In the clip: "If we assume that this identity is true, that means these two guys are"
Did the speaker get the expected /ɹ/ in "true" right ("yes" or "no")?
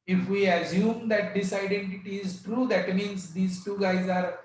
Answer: yes